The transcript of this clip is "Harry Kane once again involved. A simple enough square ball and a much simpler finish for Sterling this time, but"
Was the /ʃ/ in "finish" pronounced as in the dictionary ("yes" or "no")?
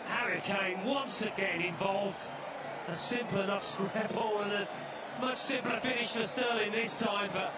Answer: yes